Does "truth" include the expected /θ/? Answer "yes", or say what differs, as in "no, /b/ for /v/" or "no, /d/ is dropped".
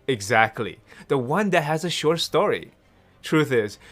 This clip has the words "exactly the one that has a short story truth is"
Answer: yes